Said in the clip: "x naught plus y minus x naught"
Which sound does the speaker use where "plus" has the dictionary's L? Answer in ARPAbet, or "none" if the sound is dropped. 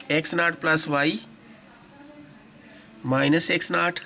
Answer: L